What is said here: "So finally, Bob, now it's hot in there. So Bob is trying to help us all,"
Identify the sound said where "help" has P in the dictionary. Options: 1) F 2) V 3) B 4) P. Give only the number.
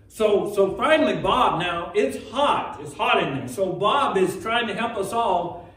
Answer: 4